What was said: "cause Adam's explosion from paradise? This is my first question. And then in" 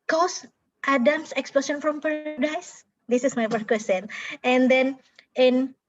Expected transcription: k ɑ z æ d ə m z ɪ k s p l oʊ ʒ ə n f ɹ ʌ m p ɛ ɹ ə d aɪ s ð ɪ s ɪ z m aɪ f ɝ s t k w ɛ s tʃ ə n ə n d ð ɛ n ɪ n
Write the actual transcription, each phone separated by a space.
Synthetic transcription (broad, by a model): k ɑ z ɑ d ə m s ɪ k s p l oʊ s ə n f ɹ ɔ m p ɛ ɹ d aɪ s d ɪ s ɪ s m aɪ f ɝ t k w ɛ s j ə n ə n d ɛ n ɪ n